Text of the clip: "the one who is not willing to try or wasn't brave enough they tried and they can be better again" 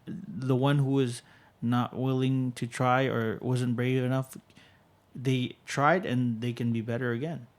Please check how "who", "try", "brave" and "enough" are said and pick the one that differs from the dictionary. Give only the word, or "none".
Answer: none